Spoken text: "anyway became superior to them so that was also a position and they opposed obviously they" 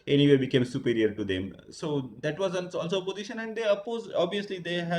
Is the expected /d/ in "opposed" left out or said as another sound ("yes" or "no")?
yes